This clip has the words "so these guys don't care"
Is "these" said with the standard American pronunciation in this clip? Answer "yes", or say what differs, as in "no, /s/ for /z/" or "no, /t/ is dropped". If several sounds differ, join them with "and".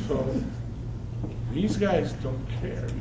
yes